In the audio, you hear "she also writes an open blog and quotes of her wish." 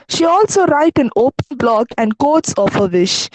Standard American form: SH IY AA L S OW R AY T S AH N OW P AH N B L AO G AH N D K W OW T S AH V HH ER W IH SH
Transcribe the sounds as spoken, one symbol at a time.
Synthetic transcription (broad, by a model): SH IY AA L S OW R AY T AH N OW P AH N B L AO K AH N D K OW T S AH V HH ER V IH SH